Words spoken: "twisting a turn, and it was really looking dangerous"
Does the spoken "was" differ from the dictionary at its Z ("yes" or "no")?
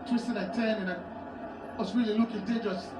yes